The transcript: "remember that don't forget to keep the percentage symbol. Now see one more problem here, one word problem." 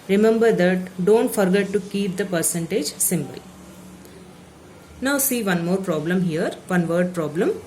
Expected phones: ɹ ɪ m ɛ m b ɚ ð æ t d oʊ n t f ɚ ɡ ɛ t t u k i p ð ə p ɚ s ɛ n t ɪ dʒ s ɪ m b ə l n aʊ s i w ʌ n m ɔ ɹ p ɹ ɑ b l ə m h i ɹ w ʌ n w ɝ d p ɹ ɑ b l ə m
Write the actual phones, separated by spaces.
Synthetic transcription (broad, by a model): ɹ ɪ m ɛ m b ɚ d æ t d oʊ n t f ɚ ɡ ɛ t t u k i p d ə p ɚ s ɛ n t ɪ dʒ s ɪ m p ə l n aʊ s i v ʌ n m ɔ ɹ p ɹ ɑ b l ə m h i ɹ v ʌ n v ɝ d p ɹ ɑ b l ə m